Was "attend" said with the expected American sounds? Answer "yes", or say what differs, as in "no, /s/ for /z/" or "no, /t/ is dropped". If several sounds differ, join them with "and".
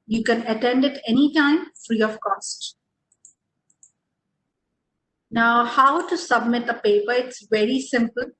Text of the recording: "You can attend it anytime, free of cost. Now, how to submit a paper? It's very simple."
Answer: yes